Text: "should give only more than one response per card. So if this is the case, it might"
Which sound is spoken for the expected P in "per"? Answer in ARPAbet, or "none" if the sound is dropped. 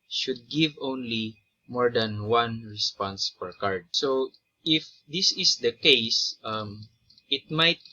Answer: F